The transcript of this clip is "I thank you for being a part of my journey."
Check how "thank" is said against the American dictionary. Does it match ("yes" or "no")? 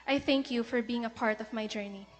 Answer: yes